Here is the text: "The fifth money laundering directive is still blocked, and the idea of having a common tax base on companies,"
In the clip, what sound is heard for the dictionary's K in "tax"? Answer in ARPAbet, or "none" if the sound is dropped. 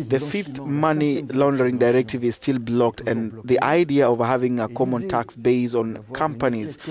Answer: K